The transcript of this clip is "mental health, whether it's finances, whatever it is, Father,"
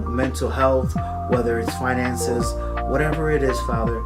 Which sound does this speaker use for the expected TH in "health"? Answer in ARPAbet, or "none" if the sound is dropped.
TH